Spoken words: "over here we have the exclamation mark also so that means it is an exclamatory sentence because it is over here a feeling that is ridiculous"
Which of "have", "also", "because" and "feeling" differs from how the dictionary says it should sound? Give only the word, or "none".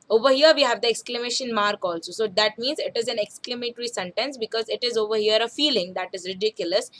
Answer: none